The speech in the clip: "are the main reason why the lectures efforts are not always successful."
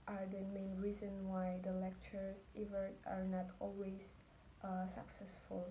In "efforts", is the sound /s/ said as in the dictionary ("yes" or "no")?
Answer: no